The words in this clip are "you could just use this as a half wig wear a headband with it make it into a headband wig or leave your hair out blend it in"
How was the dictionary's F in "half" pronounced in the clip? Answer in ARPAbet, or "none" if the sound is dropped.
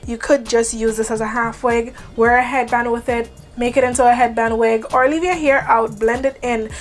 F